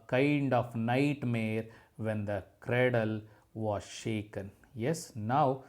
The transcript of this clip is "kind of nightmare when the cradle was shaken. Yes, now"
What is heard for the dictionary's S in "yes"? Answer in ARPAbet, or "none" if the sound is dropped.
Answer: S